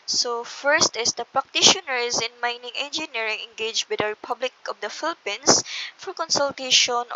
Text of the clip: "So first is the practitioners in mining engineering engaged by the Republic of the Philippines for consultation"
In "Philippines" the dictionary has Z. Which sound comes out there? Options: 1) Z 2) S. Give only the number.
2